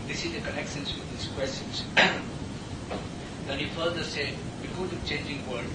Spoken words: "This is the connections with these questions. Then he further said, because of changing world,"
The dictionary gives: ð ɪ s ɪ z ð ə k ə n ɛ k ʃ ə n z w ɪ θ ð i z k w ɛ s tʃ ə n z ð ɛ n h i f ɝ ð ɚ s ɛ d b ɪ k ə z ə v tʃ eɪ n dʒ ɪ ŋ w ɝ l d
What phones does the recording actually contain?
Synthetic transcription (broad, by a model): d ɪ s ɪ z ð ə k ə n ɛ k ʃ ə n s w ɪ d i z k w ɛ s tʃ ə n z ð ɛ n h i f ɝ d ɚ s ɛ d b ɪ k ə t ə tʃ eɪ n dʒ ɪ ŋ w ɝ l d